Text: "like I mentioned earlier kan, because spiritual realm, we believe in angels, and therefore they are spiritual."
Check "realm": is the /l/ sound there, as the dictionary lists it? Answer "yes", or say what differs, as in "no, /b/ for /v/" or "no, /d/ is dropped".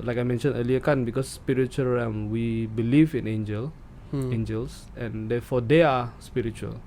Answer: no, /l/ is dropped